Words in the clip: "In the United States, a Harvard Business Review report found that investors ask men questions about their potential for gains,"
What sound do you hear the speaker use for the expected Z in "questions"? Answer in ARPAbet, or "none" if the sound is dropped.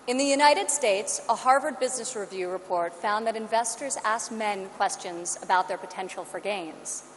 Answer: Z